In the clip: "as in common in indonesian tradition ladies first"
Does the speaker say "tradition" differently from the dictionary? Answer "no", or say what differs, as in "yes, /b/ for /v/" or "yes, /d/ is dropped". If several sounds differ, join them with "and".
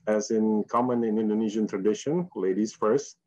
no